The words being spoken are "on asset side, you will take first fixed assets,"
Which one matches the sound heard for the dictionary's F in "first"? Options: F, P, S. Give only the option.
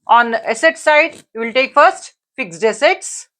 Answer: F